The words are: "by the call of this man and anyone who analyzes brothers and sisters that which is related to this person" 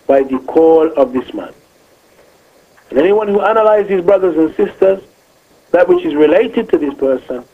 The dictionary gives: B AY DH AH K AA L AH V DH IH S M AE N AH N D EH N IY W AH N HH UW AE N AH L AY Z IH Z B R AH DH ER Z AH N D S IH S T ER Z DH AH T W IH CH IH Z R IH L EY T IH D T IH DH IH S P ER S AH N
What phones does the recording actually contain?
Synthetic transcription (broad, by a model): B AY DH AH K AA L AH V DH IH S M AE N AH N EH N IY W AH N HH UW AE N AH L AY Z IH Z B R AH DH ER Z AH N S IH S T ER Z DH AH T W IH CH IH Z R IH L EY T IH D T IH DH IH S P ER S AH N